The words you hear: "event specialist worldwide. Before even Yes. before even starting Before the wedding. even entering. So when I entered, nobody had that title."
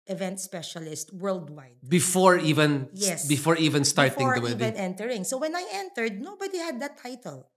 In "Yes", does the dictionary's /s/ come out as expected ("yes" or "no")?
yes